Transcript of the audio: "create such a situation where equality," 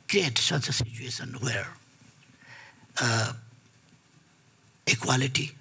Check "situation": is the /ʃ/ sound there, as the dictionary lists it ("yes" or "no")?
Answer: no